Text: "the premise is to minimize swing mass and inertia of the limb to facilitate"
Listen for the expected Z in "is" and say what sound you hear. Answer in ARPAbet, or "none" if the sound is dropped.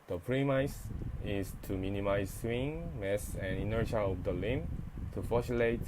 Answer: S